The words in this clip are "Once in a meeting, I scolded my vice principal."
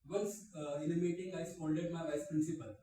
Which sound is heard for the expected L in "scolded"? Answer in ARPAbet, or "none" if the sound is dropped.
N